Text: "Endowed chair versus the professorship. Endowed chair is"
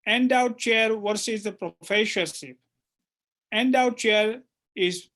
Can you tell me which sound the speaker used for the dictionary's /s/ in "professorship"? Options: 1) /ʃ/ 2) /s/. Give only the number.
1